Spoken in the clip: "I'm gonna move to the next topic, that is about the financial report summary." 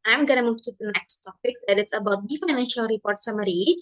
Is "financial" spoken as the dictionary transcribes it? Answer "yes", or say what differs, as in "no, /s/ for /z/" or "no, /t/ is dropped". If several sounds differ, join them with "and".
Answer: yes